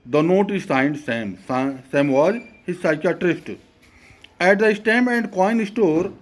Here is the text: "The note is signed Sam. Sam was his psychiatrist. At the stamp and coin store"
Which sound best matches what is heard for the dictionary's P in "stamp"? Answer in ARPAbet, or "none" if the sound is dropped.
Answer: none